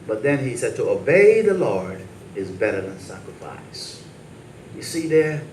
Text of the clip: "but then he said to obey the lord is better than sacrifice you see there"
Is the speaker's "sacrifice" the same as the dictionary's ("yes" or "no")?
yes